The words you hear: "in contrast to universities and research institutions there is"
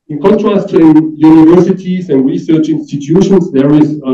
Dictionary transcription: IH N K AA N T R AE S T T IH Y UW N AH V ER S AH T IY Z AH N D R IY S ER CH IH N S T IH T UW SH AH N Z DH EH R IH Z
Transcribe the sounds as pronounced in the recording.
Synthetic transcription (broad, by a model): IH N K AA N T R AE S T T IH Y UW N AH V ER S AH T IY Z AH N D R IY S ER CH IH N S T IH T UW SH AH N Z DH EH R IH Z